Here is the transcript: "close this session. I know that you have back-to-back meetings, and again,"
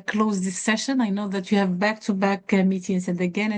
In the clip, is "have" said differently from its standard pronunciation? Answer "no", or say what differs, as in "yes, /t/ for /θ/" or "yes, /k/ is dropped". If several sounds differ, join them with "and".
no